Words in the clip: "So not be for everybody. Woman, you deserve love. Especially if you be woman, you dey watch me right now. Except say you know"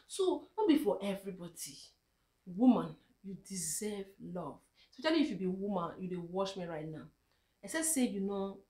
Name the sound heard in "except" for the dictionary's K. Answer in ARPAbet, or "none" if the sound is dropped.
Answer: none